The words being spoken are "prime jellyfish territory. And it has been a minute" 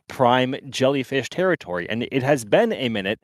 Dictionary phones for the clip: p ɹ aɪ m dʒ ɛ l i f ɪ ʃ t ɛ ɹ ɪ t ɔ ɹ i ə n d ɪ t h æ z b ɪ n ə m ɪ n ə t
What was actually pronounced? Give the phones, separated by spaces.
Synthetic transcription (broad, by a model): p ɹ aɪ m dʒ ɛ l i f ɪ ʃ t ɛ ɹ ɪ t ɔ ɹ i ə n ɪ t h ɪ z b ɪ n ə m ɪ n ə t